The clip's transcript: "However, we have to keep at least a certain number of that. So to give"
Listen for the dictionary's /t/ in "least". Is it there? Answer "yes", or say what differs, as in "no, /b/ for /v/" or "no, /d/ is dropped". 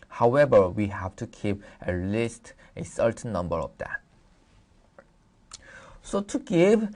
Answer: yes